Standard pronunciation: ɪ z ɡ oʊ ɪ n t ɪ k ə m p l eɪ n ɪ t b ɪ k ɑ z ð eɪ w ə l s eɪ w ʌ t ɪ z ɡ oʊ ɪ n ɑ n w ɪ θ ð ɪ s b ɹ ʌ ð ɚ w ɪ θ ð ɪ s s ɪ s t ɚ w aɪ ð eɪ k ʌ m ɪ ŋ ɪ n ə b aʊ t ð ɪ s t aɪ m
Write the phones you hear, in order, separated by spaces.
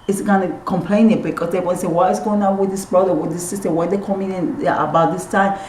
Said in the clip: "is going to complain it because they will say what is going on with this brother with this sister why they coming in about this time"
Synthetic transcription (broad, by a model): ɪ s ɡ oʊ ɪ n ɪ k ə m p l eɪ n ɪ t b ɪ k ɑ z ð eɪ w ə n s eɪ w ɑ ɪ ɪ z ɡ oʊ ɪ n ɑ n w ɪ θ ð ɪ s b ɹ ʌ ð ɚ w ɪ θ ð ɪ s s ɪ s t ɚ w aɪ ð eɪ k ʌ m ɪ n ɪ n ə b aʊ t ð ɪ s t aɪ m